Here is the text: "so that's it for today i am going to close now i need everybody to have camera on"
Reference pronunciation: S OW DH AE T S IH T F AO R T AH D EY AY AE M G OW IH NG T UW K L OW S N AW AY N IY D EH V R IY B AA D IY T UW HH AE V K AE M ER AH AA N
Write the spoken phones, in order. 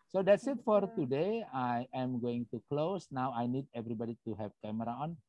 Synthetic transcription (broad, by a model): S OW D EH T S IH T F AO R T AH D EY AY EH M G OW IH NG T UW K L OW S N AW AY N IY D EH V R IY B AA D IY T UW HH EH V K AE M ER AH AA N